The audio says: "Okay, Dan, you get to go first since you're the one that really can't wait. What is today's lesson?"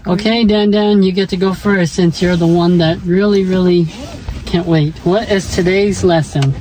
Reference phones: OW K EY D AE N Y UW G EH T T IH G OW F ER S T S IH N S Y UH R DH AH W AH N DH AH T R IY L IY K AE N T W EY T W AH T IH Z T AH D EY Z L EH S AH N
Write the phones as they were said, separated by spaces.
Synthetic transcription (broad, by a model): OW K EY D AE N Y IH G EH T T IH G OW F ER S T S IH N S Y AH R DH AH W AH N DH AH T R IY L IY K AE N T W EY T W AH T IH Z T AH D EY Z L EH S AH N